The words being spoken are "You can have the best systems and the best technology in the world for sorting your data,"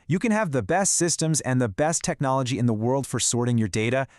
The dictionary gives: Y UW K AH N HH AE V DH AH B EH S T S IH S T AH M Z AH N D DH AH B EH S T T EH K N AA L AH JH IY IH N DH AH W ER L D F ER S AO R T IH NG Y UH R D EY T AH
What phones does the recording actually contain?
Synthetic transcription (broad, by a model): Y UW K AH N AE V DH AH B EH S T S IH S T AH M Z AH N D DH AH B EH S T T EH K N AA L AH JH IY IH N DH AH W ER L D F ER S AO R T IH NG Y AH R D EY T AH